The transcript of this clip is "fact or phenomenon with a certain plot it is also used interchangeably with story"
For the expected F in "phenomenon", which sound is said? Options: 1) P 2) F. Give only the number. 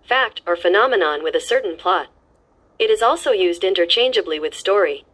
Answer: 2